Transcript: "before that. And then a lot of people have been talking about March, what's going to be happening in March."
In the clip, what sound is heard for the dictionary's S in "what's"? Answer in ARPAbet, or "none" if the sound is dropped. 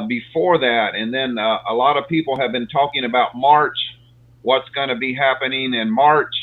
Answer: S